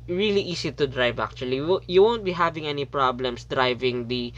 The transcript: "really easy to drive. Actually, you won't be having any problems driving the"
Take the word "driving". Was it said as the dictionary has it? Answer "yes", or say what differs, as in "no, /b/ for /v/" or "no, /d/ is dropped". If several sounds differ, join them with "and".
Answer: yes